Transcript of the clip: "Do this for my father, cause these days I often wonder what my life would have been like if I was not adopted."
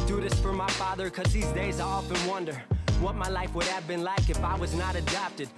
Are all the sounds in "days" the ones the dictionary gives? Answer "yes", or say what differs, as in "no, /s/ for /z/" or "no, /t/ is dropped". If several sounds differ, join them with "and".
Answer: yes